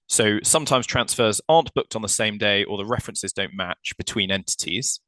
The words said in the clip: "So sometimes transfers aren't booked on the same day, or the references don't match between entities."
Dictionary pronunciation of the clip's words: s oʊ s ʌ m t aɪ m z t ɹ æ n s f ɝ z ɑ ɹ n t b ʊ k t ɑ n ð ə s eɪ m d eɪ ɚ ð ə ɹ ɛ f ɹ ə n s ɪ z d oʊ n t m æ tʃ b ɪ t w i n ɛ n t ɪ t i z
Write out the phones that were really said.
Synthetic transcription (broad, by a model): s oʊ s ʌ m t aɪ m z t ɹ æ n s f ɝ z ɑ n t b ʊ k t n ð ə s eɪ m d eɪ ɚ ð ə ɹ ɛ f ɹ ə n s ɪ z d oʊ n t m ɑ tʃ b ɪ t w i n ɛ n t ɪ t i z